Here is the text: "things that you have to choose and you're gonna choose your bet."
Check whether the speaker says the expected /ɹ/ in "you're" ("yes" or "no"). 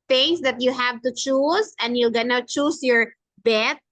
no